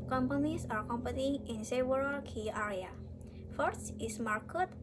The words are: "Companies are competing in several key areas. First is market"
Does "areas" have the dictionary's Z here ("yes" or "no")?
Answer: no